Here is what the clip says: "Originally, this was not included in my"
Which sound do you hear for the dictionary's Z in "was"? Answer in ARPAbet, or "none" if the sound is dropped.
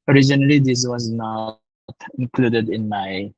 Z